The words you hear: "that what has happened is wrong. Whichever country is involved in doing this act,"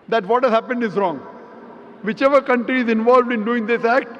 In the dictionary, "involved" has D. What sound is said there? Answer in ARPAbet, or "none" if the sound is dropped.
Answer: D